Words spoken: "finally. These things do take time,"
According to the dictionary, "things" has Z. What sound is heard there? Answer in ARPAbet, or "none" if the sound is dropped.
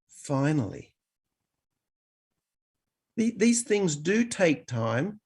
Z